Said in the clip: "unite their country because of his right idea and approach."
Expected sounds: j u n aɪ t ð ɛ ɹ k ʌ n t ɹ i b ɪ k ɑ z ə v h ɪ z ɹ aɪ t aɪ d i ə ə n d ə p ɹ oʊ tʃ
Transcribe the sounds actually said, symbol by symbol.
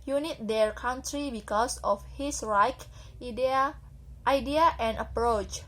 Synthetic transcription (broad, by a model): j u n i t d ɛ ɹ k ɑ n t ɹ i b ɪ k ɑ s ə f h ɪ s ɹ aɪ t aɪ d i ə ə n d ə p ɹ oʊ tʃ